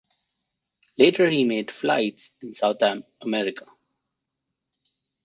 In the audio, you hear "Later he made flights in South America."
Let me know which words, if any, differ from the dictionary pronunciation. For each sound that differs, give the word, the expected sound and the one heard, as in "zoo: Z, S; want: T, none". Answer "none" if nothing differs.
south: TH, T